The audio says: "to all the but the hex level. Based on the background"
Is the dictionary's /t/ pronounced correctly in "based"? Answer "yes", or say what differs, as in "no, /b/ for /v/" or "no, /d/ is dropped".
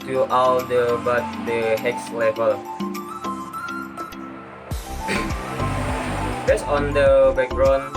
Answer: no, /t/ is dropped